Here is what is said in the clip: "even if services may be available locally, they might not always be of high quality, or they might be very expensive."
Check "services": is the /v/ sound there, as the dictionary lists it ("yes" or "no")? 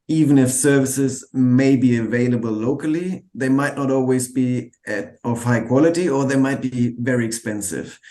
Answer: yes